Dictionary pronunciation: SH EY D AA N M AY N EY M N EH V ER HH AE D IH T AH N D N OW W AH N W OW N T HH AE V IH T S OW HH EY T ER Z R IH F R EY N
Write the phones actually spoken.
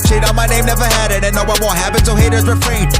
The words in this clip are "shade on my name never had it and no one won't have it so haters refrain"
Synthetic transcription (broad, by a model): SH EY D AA M AY N EY M N EH V ER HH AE D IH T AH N N OW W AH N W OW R HH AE P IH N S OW HH EY T ER Z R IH F R EY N